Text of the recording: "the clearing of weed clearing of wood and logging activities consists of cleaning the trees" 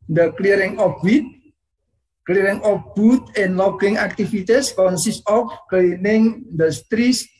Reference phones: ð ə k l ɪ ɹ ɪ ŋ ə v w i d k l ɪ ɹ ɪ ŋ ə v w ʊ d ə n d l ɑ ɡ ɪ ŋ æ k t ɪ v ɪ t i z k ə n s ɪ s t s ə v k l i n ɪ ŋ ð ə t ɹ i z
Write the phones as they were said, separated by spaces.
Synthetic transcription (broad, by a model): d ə k l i ɹ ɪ ŋ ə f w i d k l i ɹ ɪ ŋ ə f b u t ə n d l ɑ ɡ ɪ ŋ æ k t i f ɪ t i s k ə n s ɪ s t ə f k l i n ɪ ŋ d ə t ɹ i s